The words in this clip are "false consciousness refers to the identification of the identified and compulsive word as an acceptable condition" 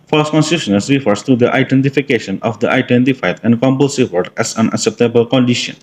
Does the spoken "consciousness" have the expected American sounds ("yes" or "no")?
no